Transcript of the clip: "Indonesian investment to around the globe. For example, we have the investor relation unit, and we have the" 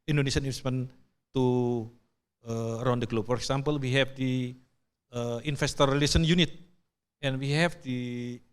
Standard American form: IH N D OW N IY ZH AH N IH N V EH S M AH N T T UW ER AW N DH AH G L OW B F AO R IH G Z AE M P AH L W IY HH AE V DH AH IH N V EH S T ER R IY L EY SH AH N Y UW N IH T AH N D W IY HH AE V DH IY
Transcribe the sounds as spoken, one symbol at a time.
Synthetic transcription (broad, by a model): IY N D OW N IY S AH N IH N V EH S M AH N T T UW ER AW N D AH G L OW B F AO R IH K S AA M P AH L W IY HH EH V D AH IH N F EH S T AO R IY L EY S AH N Y UW N IH T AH N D W IY HH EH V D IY